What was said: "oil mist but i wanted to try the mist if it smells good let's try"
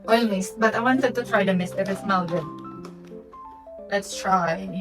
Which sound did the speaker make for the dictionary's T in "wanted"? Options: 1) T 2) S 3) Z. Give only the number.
2